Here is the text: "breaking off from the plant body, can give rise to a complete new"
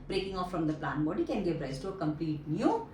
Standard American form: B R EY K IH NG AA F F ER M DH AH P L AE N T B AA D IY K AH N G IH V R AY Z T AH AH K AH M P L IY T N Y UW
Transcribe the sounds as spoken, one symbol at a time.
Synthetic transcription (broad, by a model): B R EY K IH NG AA F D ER M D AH P L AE N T B AA D IY K AH N G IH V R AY S T AH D K AH M P L IY T N Y UW